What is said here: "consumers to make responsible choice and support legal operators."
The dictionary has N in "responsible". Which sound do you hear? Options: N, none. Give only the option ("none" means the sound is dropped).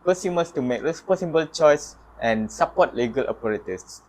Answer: none